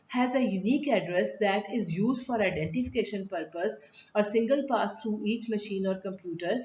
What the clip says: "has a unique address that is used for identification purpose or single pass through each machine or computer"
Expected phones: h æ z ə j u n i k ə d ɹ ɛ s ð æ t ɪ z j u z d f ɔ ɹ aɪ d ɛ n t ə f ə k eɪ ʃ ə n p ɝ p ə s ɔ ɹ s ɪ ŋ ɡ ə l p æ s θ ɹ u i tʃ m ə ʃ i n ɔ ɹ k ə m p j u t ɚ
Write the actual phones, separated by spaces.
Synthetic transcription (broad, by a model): h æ z ə j u n i k ə d ɹ ɛ s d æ t ɪ z j u z d f ɔ ɹ aɪ d ɛ n t ə f ə k eɪ ʃ ə n p ɝ p ə s ɔ ɹ s ɪ ŋ ɡ ə l p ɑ s t ɹ u i tʃ m ə ʃ i n ɔ ɹ k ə m p j u t ɚ